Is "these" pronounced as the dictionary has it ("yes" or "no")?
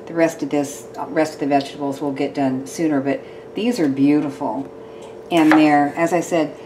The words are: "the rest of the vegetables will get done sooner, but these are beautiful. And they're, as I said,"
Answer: yes